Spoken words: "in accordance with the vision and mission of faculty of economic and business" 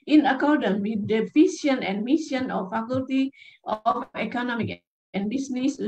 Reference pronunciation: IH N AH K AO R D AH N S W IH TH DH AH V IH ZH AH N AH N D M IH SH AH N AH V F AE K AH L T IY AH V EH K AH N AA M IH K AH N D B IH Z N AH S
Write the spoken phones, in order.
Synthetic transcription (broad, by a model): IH N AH K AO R D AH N W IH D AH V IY S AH N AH N M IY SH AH N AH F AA K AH L T IY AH F EH K AH N AA M IH K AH N B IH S N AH S